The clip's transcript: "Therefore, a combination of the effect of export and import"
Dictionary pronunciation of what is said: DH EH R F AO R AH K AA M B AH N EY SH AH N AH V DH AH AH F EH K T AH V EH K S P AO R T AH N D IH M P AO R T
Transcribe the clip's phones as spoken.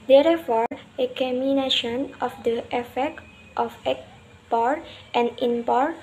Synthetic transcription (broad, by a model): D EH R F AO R AH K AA M AH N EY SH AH N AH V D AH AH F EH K T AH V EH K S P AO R T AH N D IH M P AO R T